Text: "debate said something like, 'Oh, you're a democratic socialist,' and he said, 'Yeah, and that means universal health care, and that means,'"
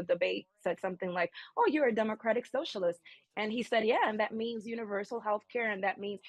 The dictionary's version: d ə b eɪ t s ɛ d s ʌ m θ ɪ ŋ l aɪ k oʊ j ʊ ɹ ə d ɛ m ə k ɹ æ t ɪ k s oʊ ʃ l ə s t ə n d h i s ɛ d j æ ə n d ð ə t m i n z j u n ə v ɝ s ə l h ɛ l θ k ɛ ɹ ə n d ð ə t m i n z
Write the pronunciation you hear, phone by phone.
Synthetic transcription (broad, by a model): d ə b eɪ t s ɛ d s ʌ m θ ɪ ŋ l aɪ k oʊ j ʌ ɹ ə d ɛ m ə k ɹ æ t ɪ k s oʊ ʃ l ə s t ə n i s ɛ d j æ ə n ð ə t m i n z j u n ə v ɝ s l h ɛ l θ k ɛ ɹ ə n ð ə t m i n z